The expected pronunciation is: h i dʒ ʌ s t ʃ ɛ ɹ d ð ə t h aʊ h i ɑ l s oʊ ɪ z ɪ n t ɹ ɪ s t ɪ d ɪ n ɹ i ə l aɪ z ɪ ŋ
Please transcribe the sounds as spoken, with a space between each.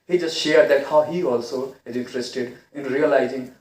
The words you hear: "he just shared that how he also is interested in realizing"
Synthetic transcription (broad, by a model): h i dʒ ʌ s t ʃ ɛ ɹ d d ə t h aʊ h i ɑ l s oʊ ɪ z ɪ n t ɹ ɪ s t ɪ d ɪ n ɹ i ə l aɪ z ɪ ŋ